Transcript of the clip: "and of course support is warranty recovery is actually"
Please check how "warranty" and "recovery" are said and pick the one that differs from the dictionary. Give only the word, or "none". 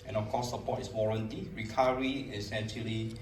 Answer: recovery